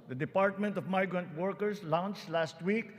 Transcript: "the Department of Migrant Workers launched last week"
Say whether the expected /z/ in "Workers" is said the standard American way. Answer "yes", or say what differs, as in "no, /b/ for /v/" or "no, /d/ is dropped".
no, /s/ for /z/